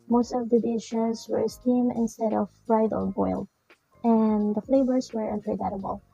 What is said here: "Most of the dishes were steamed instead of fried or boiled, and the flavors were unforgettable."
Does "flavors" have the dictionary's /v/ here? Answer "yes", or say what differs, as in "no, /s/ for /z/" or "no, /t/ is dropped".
no, /b/ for /v/